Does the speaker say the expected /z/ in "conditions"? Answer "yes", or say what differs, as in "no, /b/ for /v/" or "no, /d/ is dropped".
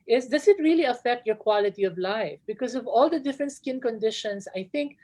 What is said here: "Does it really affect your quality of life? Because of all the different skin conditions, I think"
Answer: no, /s/ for /z/